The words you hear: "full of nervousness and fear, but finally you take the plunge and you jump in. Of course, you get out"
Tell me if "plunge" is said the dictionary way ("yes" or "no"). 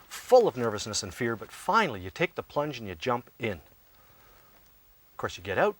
yes